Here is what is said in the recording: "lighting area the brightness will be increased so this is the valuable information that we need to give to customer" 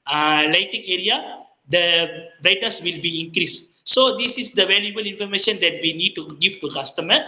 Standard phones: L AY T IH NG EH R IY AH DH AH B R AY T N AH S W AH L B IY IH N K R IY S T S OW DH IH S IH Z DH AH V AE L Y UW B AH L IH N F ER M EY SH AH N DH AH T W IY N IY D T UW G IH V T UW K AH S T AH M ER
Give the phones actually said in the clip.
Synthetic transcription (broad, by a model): L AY T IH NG EH R IY AH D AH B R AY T AH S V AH L B IY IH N K R IY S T S OW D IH S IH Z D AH V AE L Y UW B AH L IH N F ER M EY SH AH N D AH T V IY N IY D T UW G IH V T UW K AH S T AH M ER